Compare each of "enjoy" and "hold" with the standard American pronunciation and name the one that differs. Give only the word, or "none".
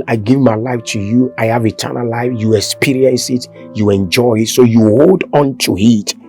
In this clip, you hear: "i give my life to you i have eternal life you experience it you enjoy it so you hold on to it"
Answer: none